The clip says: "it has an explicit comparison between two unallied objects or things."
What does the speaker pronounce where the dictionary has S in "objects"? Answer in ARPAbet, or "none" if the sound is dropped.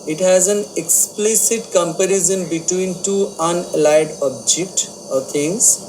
none